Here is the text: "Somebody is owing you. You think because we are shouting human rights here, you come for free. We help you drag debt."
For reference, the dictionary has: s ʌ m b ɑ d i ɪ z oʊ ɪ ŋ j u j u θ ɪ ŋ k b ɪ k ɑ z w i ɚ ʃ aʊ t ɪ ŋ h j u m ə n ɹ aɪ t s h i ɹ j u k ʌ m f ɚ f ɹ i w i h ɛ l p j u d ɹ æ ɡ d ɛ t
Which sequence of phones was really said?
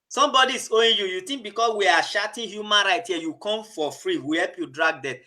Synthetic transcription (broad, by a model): s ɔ m b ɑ d i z oʊ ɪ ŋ j u j u t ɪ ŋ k b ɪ k ɑ s w i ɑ ʃ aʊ t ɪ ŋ h j u m ə n ɹ aɪ t h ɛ j u k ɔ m f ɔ f ɹ i w i h ɛ l p j u d ɹ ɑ ɡ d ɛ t